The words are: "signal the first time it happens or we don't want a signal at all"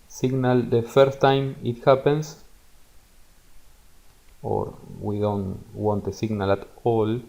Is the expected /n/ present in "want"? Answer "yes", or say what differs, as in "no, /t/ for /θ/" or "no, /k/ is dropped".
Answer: yes